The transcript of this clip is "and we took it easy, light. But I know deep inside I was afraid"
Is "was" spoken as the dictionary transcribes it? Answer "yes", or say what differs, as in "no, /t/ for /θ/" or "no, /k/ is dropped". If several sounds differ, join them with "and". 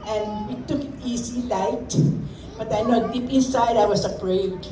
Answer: no, /s/ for /z/